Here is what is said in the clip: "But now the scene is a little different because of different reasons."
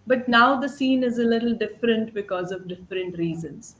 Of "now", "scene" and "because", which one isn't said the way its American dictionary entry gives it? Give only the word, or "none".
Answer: none